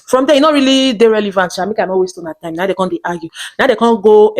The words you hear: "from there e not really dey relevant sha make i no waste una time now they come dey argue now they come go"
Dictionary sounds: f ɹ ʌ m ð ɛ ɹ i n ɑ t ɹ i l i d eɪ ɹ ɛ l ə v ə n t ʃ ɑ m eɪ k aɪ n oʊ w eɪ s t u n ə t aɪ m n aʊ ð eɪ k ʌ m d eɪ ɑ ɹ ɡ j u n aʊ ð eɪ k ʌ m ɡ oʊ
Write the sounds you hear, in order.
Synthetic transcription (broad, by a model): f ɹ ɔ m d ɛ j i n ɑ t ɹ i l i d eɪ ɹ ɛ l ə v ə n t s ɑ m eɪ k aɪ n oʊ w eɪ s t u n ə t aɪ m n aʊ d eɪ k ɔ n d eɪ ɑ ɡ j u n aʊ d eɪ k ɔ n ɡ oʊ